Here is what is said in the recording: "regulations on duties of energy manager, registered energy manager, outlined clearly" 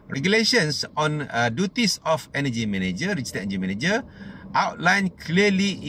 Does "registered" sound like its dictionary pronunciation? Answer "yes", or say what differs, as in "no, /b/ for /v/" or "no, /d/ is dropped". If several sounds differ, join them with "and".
no, /d/ is dropped